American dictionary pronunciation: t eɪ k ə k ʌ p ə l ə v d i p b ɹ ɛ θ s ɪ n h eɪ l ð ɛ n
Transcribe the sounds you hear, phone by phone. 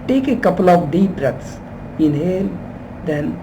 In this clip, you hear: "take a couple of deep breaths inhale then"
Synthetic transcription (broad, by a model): t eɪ k ə k ʌ p ə l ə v d i p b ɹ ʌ t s ɪ n h eɪ l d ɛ n